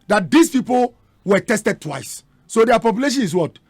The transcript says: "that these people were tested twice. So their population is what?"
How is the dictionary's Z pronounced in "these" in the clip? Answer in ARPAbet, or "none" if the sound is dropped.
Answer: S